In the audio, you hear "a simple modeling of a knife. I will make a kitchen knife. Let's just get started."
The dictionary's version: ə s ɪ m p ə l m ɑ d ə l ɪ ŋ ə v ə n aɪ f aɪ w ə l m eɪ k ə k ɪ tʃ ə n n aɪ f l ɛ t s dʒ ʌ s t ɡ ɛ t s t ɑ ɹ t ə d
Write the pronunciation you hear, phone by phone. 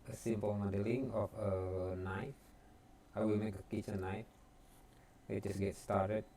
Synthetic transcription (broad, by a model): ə s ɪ m p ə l m ɑ d ə l ɪ ŋ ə f ə n aɪ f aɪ w ə l m eɪ k ə k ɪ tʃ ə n n aɪ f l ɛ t dʒ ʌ s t ɡ ɛ t s t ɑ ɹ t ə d